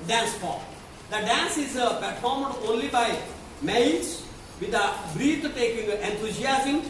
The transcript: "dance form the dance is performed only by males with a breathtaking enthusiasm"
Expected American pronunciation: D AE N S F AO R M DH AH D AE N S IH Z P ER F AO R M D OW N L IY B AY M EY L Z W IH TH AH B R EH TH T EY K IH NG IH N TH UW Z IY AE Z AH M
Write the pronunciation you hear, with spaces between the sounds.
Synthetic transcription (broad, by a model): D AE N S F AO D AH D AE N S IH Z P ER F AO R M D OW N L IY B AY M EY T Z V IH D AH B R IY T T EY K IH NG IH N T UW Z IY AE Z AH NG